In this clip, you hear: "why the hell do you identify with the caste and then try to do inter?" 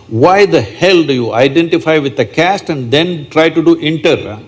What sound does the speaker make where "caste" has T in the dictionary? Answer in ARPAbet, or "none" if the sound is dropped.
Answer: T